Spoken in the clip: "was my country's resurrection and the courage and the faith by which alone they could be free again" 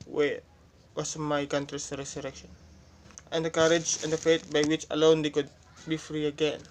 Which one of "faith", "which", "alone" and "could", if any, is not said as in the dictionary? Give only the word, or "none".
faith